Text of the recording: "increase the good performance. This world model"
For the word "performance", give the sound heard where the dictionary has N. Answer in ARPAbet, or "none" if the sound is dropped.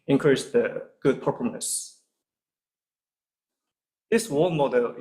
none